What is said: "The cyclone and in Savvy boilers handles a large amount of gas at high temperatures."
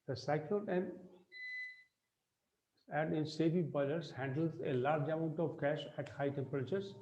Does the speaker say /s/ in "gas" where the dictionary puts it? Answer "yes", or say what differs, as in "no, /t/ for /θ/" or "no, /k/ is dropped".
no, /ʃ/ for /s/